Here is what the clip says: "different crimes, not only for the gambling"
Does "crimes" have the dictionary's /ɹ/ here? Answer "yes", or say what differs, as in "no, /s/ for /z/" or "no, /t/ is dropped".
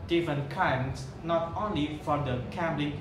no, /ɹ/ is dropped